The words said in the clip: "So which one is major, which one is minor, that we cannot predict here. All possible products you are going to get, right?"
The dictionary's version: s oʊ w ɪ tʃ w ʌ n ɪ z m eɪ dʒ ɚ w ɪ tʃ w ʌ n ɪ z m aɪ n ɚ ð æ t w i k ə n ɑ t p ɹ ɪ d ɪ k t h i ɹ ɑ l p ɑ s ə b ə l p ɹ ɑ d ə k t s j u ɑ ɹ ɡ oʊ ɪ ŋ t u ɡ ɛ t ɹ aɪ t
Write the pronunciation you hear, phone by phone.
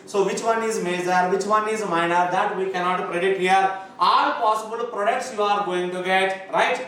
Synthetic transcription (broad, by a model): s oʊ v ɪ tʃ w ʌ n ɪ z m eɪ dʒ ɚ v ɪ tʃ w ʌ n ɪ z m aɪ n ɚ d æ t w i k ə n ɑ t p ɹ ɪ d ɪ t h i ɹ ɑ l p ɑ s ə b ə l p ɹ ɑ d ə k t s j u ɑ ɹ ɡ oʊ ɪ ŋ t u ɡ ɛ t ɹ aɪ t